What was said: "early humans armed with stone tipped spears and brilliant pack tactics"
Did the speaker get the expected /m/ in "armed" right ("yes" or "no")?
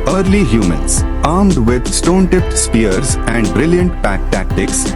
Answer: yes